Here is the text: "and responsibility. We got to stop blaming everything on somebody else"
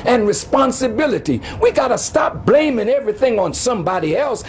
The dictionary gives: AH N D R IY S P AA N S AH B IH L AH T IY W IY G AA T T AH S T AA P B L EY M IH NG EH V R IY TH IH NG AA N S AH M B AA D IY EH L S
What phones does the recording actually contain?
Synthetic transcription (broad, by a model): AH N R IY S P AA N S AH B IH L AH T IY W IY G AA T T AH S T AA P B L EY M IH NG EH V R IY TH IH NG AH N S AH M B AA D IY EH L S